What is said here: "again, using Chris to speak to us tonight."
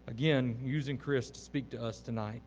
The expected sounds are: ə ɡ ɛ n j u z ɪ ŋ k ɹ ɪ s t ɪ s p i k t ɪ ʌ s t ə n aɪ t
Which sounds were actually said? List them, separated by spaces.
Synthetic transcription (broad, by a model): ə ɡ ɛ n j u z ɪ ŋ k ɹ ɪ s t ɪ s p i k t ɪ ʌ s t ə n aɪ t